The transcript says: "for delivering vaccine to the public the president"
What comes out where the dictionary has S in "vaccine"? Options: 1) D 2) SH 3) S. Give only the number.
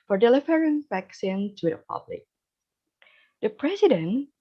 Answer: 3